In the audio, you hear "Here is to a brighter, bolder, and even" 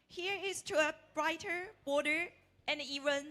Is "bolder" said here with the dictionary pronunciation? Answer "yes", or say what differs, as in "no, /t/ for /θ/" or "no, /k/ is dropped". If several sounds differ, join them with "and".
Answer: no, /l/ is dropped